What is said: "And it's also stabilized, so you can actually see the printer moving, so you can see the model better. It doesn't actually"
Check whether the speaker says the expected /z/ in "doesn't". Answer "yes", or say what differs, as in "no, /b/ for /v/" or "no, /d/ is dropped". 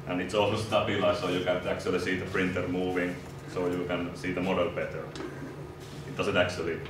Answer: no, /s/ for /z/